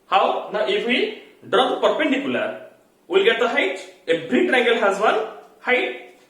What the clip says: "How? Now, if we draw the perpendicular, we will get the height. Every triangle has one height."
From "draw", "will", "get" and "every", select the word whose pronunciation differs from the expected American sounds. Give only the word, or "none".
every